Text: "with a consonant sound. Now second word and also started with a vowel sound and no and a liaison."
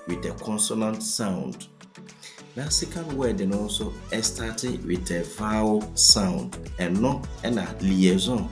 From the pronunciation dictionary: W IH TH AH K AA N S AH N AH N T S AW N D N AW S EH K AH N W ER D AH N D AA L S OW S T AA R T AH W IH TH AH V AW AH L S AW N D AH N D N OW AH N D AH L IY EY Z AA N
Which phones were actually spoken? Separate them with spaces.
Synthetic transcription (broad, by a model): W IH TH AH K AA N S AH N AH N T S AW N D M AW S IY K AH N W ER D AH N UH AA S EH S T AA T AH W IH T AH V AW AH W S AW N D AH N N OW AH N AH L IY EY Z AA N